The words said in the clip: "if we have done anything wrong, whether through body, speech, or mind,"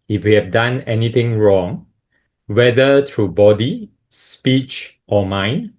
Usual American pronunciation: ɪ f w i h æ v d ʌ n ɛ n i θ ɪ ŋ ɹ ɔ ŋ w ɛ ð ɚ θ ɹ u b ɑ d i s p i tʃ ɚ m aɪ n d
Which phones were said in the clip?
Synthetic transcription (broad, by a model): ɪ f w i h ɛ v d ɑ n ɛ n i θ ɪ ŋ ɹ ɔ ŋ w ɛ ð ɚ t ɹ u b ɑ d i s p i tʃ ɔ m aɪ n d